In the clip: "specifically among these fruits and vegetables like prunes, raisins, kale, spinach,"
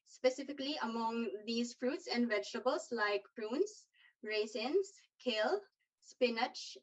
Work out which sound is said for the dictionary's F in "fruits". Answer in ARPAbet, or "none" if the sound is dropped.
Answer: F